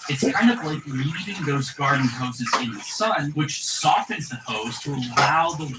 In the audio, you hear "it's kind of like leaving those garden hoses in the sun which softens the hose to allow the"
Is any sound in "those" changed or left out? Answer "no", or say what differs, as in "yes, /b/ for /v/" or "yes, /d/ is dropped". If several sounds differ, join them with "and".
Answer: no